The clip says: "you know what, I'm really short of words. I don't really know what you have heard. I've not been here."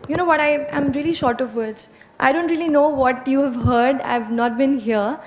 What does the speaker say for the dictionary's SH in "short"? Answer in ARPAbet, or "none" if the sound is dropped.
SH